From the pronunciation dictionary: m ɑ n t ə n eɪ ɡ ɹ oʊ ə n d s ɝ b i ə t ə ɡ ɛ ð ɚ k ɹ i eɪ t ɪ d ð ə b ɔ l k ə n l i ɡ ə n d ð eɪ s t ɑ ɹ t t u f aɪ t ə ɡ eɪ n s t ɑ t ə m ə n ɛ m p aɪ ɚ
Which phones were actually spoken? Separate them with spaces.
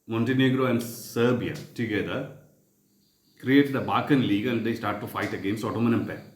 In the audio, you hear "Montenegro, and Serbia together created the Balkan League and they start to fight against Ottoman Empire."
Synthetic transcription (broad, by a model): m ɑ n t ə n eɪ ɡ ɹ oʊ ə n d s ɝ b i ə t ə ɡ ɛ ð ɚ k ɹ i eɪ t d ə b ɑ k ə n l i ɡ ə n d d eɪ s t ɑ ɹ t t u f aɪ t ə ɡ eɪ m s ɑ t ə m ə n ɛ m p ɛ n